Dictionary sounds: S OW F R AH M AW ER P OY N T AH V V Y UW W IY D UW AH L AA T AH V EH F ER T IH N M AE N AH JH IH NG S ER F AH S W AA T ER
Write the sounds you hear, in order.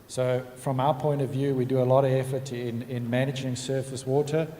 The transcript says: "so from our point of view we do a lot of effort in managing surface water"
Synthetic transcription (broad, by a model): S OW F R AH M AW ER P OY N T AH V V Y UW W IY D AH AH L AA T AH V EH F ER T IH N M AE N AH JH IH NG S ER F AH S W AA T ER